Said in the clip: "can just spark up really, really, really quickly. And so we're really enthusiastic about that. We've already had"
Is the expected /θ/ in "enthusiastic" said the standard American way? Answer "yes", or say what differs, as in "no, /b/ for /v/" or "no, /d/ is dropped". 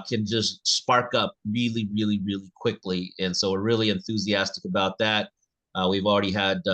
yes